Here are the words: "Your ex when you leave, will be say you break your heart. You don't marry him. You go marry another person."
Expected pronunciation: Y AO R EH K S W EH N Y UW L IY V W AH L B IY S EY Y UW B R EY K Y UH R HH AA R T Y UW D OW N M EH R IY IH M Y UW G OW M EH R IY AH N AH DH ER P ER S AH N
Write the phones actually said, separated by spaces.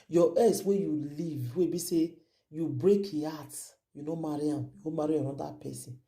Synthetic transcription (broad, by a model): Y AO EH S W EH Y UW L IY V W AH B IY S EY Y UW B R EY K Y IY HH AA T Y UW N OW M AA R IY IH M Y UW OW M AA R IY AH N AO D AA P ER S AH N